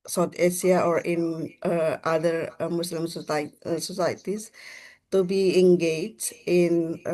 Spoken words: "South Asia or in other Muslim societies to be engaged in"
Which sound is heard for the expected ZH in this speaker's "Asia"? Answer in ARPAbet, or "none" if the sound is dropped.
S